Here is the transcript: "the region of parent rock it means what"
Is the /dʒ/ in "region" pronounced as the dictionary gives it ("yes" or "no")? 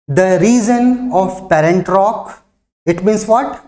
no